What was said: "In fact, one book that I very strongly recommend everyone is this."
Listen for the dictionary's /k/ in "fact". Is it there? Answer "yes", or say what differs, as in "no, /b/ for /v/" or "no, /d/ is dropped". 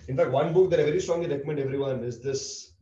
yes